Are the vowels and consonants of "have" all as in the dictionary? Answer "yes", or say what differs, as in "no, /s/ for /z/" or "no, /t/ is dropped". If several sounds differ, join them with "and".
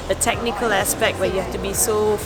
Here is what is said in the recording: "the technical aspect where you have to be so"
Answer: no, /f/ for /v/